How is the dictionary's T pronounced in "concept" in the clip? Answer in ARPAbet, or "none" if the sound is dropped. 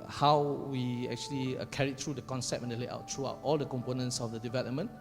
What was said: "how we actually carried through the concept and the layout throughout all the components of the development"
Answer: none